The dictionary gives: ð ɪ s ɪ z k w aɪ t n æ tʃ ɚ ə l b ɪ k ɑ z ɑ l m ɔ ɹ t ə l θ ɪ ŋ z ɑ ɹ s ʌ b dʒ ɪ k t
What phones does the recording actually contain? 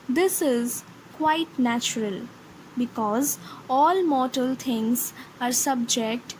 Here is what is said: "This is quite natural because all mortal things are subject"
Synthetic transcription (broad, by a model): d ɪ s ɪ z k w aɪ t n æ tʃ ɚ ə l b ɪ k ɑ z ɑ l m ɔ ɹ t ə l t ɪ ŋ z ɑ ɹ s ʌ b dʒ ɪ k t